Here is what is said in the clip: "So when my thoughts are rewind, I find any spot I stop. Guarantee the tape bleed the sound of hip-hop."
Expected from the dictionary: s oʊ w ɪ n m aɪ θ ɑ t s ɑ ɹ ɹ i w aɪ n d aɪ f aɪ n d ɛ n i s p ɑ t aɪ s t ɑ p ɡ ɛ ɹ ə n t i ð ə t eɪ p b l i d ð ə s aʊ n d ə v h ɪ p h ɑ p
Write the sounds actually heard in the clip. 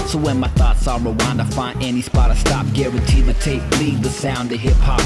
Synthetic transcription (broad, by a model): s oʊ w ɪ n m aɪ θ ɑ t s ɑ l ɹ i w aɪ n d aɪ f aɪ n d ɛ n i s p ɑ t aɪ s t ɑ p ɡ ɛ ɹ ə n t i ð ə t eɪ p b l i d ð ə s aʊ n d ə h ɪ p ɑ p